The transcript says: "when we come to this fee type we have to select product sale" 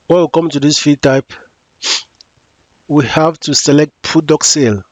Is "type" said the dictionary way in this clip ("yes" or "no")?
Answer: yes